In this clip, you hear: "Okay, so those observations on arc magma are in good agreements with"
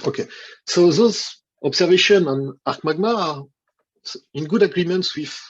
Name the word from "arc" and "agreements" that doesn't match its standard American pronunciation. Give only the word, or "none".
none